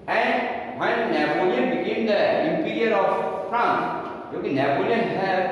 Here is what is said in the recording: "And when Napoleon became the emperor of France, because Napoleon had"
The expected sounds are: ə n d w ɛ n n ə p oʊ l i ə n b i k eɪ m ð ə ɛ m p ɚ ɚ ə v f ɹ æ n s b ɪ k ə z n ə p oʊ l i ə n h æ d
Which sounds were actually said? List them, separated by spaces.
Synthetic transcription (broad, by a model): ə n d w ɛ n n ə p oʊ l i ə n b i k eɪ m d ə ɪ m p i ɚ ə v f ɹ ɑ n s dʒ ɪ k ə n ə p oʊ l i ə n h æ